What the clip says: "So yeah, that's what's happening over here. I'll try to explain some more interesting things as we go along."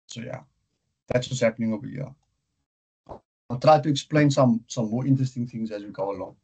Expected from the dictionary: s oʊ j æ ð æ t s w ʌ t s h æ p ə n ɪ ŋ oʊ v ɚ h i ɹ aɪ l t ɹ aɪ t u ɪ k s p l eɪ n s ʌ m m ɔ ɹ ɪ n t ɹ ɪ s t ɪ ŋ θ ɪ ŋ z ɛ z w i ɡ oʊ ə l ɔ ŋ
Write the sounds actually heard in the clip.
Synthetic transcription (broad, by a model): s oʊ j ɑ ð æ t s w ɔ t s h æ p ə n ɪ ŋ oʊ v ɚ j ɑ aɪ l t ɹ aɪ t u ɪ k s p l eɪ n s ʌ m m ɔ ɹ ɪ n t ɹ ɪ s t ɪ ŋ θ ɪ ŋ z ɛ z w i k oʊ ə l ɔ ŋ